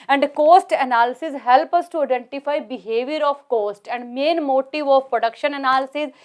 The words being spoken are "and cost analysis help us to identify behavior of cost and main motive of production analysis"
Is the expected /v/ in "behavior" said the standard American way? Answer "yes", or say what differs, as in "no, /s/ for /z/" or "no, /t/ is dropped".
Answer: yes